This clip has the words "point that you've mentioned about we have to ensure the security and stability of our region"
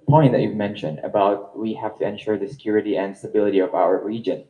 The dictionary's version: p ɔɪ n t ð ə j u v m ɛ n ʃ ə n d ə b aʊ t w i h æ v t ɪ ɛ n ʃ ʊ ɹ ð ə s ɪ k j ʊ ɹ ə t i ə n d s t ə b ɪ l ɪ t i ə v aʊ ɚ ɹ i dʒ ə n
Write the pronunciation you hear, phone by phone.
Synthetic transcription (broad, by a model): p ɔɪ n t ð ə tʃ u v m ɛ n ʃ ə n d ə b aʊ t w i h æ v t ɪ ɛ n ʃ ʊ ɹ ð ə s ɪ k j ʊ ɹ ə t i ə n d s t ə b ɪ l ɪ t i ə v aʊ ɚ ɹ i dʒ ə n